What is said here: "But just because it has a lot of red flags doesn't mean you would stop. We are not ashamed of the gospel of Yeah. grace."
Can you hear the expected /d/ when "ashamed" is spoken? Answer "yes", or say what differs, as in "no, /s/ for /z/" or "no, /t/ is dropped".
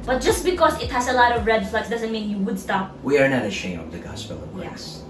no, /d/ is dropped